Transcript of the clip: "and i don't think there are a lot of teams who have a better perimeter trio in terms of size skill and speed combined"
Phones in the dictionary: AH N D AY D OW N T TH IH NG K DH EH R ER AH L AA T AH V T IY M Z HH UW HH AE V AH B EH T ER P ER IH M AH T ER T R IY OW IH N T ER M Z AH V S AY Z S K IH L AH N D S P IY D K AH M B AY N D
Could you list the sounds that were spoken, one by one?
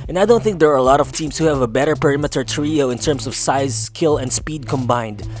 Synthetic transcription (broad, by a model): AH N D AY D OW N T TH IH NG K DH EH R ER AH L AA T AH V T IY M S HH UW HH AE V AH B EH T ER P ER IH M AH T ER T R IY OW IH N T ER M S AH V S AY Z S K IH L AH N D S P IY D K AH M B AY N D